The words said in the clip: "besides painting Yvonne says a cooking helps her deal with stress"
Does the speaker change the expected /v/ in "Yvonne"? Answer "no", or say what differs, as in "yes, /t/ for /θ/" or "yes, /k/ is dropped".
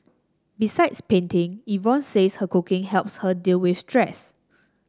no